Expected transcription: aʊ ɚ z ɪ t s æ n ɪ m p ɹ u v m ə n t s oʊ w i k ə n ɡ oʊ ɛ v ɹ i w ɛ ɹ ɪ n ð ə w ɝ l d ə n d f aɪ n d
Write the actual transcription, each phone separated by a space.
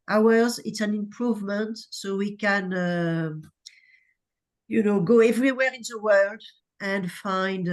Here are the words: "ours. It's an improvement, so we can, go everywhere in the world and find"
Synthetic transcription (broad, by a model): aʊ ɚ z ɪ t s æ n ɪ m p ɹ u v m ə n t s oʊ w i k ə n ɡ oʊ ɛ v ɹ i w ɛ ɹ ɪ n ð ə w ɝ l d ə n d f aɪ n d